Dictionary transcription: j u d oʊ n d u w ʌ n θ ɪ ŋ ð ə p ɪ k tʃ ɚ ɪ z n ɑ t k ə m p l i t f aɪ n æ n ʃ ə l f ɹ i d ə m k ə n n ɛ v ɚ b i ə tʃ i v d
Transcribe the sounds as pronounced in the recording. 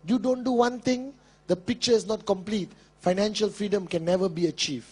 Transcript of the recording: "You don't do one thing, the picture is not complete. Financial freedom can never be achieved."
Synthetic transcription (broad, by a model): j u d oʊ n d u w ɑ n t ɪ ŋ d ə p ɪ k tʃ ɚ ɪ s n ɑ t k ə m p l i t f aɪ n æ n ʃ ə l f ɹ i d ə m k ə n n ɛ v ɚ b i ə tʃ i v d